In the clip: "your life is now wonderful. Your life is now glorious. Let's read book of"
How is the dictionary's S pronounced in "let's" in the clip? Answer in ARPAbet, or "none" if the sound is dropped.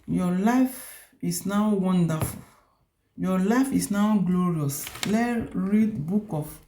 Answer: none